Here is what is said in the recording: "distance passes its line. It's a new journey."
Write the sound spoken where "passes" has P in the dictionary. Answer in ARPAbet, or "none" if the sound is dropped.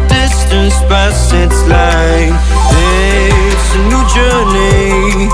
B